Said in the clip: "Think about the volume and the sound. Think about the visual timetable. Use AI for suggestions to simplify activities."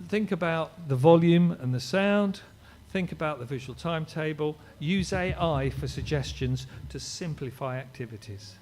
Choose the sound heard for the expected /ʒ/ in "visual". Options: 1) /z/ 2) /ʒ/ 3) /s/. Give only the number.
2